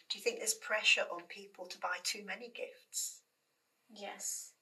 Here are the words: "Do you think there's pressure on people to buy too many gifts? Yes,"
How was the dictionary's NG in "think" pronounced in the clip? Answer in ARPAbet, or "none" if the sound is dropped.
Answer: NG